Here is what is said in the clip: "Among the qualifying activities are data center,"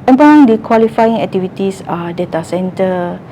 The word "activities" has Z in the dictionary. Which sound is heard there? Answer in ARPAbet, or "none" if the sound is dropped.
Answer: S